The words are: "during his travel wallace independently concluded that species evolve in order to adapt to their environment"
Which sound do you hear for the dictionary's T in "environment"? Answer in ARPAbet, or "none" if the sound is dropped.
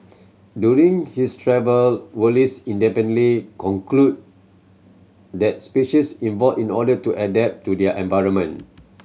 none